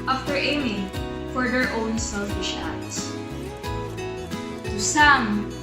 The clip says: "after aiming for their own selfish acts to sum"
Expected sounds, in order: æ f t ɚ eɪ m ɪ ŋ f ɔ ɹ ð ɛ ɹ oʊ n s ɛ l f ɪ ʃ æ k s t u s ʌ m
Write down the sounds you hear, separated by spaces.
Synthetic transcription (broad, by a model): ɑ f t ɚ eɪ m ɪ ŋ f ɔ ɹ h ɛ ɹ oʊ n s ɛ l f ɪ ʃ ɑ s t u s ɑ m